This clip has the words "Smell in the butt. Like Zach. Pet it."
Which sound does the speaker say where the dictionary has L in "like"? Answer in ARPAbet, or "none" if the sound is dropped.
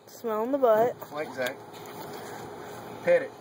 W